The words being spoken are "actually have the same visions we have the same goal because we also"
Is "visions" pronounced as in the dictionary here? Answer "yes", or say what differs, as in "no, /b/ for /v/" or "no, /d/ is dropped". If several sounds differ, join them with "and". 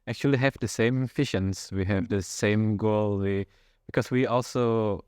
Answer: no, /f/ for /v/ and /ʃ/ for /ʒ/